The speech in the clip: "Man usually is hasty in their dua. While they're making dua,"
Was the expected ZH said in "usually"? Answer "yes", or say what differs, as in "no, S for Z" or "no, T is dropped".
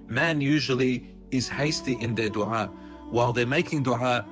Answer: yes